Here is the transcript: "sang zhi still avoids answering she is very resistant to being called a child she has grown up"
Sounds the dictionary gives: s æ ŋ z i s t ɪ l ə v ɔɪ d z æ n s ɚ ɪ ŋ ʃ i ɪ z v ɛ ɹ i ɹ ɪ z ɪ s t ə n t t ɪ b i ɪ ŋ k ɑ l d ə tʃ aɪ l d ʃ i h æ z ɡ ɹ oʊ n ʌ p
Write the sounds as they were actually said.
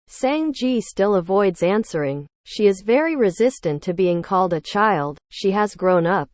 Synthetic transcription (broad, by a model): s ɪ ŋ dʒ i s t ɪ l ə v ɔɪ d z æ n s ɚ ɪ ŋ ʃ i ɪ z v ɛ ɹ i ɹ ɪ z ɪ s t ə n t t ɪ b i ɪ ŋ k ɑ l d ə tʃ aɪ l d ʃ i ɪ z ɡ ɹ oʊ n ʌ p